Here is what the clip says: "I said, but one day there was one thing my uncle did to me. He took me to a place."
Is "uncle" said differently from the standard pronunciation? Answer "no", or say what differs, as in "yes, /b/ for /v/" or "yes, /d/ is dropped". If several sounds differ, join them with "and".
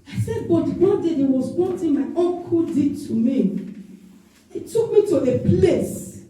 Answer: yes, /ŋ/ is dropped